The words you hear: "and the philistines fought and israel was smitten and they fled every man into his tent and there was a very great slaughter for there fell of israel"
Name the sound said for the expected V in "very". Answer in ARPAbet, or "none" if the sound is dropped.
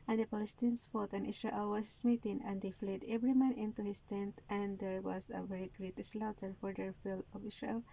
V